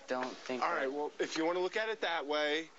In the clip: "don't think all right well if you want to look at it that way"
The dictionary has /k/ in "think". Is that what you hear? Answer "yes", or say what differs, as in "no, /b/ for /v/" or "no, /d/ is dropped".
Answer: no, /k/ is dropped